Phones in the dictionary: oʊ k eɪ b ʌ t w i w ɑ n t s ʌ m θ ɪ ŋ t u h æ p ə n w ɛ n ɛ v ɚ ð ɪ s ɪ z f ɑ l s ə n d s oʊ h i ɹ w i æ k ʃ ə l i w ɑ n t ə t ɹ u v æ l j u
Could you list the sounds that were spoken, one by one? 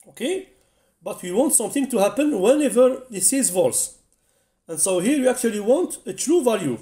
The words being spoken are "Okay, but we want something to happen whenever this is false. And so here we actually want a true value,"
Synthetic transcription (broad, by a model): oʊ k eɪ b ʌ t w i w ɑ n t s ʌ m θ ɪ ŋ t u h æ p ə n w ɛ n ɛ v ɚ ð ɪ s ɪ z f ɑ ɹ s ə n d s oʊ h i ɹ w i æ k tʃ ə l i w ɑ n t ə t ɹ u v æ l j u